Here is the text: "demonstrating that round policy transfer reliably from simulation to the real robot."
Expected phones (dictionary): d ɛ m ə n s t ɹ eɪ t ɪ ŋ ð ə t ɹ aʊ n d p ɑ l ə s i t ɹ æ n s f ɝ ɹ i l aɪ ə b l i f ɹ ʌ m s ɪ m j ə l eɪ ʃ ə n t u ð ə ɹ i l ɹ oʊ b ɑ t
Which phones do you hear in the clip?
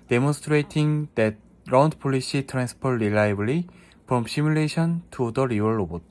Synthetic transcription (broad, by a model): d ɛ m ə n s t ɹ eɪ t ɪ ŋ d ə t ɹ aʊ n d p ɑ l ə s i t ɹ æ n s p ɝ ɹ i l aɪ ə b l i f ɹ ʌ m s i m j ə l eɪ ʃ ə n t u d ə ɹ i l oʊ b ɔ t